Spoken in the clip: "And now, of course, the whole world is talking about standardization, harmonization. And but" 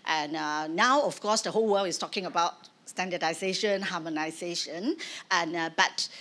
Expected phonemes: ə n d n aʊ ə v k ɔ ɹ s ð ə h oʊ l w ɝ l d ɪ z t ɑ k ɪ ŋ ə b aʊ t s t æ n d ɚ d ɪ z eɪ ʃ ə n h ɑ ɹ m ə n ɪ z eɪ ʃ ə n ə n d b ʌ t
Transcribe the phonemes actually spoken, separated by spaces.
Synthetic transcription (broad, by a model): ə n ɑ aʊ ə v k ɔ s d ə h oʊ l w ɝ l ɪ s t ɑ k ɪ ŋ ə b aʊ t s t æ n d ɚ d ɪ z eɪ ʃ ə n h ɑ m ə n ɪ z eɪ ʃ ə n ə n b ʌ t